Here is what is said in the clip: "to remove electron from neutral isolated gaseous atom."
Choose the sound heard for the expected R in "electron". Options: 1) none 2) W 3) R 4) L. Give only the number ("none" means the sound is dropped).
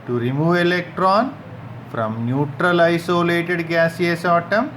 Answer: 3